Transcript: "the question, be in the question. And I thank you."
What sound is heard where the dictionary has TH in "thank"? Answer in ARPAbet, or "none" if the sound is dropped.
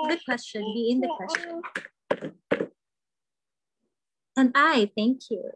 TH